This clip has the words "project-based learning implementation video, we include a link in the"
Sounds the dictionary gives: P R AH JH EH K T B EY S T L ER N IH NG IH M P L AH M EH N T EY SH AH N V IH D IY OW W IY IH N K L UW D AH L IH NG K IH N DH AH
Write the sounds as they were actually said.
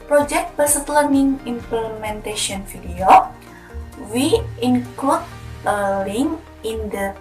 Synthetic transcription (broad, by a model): P R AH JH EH K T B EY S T L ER N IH NG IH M P L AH M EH N T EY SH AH N F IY D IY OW W IY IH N K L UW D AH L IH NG IH N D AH